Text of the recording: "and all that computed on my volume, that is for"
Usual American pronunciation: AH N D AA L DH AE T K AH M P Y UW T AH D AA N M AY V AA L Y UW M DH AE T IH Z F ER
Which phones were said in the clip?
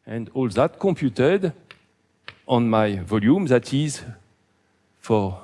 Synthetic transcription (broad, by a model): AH N D AA L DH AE T K AH M P Y UW T AH D AA N M AY V AA L Y UW M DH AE T IH Z F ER